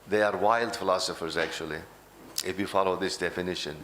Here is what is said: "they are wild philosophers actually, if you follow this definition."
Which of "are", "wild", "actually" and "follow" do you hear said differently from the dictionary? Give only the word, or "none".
none